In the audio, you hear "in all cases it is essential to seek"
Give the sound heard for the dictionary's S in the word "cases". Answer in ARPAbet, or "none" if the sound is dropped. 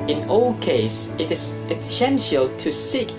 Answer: none